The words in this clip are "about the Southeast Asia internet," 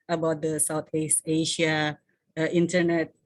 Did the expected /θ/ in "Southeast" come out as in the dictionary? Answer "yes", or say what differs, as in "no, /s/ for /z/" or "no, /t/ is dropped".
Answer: no, /t/ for /θ/